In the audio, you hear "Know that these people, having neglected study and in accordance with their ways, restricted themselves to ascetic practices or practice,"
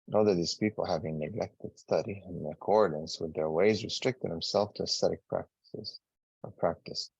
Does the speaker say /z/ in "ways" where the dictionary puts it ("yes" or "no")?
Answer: yes